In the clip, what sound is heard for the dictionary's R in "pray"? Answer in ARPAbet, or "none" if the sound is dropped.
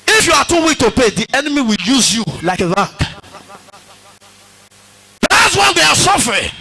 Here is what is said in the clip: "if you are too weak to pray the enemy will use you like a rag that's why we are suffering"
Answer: none